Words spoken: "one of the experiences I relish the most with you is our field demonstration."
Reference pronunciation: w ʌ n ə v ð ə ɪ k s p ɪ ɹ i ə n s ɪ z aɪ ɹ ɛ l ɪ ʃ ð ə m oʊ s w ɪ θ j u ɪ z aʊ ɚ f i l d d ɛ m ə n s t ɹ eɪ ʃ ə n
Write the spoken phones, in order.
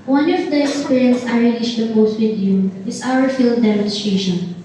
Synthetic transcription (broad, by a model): w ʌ n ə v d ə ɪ k s p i ɹ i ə n s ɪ ɪ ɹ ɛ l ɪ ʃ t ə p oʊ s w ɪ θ j u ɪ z aʊ ɚ f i l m d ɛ m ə n s t ɹ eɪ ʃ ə n